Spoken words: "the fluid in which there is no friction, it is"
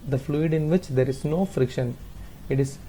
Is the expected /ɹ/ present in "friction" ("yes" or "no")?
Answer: yes